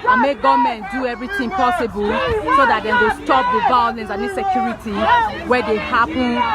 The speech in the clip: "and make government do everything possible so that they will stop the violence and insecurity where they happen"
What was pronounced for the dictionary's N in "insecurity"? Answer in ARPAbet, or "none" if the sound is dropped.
none